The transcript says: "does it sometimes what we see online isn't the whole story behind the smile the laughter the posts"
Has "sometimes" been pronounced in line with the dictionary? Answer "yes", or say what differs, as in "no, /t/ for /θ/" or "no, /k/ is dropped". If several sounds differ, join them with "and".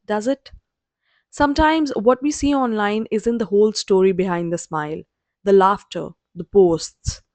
yes